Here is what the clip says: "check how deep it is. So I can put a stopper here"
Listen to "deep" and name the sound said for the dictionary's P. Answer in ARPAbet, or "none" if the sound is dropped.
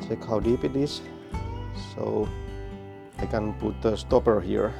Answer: P